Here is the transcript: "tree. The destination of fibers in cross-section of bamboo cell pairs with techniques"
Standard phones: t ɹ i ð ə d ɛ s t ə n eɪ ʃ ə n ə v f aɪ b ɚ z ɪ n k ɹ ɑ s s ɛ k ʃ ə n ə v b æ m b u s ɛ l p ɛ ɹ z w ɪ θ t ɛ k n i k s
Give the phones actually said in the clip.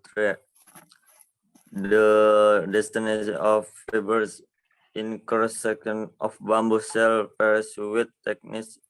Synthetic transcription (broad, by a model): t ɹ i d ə d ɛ s t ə n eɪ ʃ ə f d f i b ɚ s ɪ n k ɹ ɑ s s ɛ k ə n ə f b æ m b u s ɛ l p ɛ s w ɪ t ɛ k n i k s